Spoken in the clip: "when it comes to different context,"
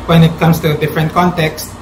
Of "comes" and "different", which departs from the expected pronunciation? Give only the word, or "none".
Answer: comes